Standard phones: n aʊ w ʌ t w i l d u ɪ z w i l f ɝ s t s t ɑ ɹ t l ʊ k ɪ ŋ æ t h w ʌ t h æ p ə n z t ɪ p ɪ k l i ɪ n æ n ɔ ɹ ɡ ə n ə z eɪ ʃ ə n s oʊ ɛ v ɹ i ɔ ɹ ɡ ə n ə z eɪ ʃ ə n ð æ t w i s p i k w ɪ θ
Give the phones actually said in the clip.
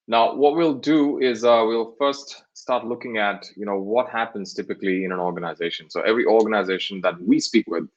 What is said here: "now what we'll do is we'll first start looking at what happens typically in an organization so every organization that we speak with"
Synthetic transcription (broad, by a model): n aʊ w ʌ t w i l d u ɪ z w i l f ɝ s t s t ɑ ɹ t l ʊ k ɪ ŋ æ t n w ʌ t h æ p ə n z t ɪ p ɪ k l i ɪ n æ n ɔ ɹ ɡ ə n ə z eɪ ʃ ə n s oʊ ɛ v ɹ i ɔ ɹ ɡ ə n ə z eɪ ʃ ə n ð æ t w i s p i k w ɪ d